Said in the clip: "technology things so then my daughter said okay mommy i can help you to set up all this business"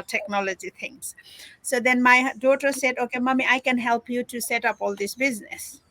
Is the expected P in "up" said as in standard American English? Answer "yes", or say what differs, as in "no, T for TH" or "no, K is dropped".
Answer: yes